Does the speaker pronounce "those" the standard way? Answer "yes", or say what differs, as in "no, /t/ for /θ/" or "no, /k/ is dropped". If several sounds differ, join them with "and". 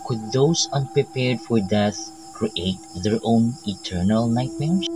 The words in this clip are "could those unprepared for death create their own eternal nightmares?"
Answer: no, /s/ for /z/